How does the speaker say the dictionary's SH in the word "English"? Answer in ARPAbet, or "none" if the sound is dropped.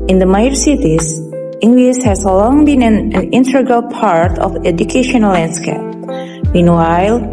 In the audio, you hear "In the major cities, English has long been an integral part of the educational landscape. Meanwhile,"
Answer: S